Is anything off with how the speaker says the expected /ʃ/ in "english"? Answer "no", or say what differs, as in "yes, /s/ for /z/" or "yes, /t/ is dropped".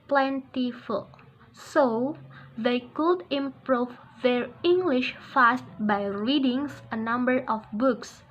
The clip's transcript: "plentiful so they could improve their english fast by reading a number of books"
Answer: no